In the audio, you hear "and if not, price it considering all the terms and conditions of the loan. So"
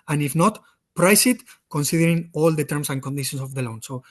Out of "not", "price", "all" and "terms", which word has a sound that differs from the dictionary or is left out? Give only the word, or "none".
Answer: terms